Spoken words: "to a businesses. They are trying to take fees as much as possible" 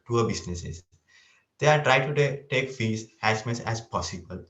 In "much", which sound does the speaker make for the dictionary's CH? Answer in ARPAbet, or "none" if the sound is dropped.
S